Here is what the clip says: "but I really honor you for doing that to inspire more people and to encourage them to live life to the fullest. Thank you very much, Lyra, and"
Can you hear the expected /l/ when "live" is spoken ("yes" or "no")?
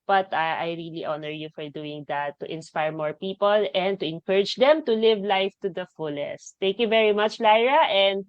yes